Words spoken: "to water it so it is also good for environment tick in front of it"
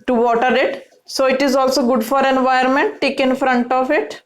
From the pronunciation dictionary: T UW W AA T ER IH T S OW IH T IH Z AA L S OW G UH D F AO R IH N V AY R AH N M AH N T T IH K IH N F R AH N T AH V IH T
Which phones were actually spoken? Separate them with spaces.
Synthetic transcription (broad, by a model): T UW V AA T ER IH T S OW IH T IH Z AA L S OW G UH D F AO R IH N V AY AH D M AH N T T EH K IH N F R AH N T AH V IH T